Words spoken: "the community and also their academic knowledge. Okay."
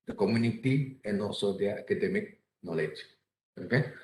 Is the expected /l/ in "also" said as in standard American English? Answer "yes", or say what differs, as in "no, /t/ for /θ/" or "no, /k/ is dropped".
no, /l/ is dropped